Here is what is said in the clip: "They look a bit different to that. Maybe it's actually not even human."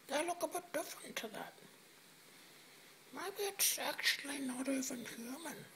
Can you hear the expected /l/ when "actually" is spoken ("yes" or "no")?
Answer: yes